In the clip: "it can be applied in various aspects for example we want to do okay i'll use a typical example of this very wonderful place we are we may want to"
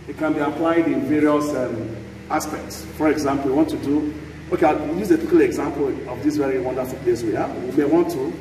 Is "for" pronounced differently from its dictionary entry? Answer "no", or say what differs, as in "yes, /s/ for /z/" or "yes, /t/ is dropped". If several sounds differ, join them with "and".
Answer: no